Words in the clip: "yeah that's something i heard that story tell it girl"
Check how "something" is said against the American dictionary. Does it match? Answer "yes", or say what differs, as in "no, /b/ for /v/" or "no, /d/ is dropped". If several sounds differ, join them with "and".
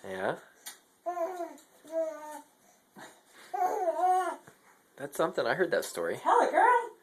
yes